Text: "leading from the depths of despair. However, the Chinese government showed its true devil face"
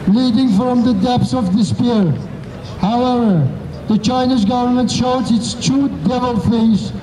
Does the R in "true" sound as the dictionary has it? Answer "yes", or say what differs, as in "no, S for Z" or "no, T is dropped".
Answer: no, R is dropped